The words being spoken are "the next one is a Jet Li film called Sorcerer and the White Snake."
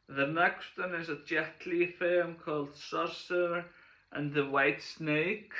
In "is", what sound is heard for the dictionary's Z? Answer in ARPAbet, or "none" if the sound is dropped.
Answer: Z